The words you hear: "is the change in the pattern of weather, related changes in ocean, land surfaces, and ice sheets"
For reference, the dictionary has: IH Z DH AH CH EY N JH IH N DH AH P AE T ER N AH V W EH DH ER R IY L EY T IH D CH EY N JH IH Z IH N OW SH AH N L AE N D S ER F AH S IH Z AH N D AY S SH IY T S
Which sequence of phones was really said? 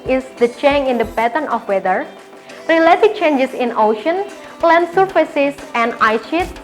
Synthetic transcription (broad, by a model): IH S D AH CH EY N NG IH N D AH B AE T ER N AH F W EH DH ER R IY L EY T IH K CH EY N JH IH S IH N OW SH AH N L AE N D S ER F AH S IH S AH N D AY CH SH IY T